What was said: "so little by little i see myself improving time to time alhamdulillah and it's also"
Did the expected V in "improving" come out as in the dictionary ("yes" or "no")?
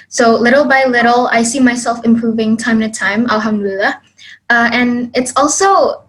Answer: yes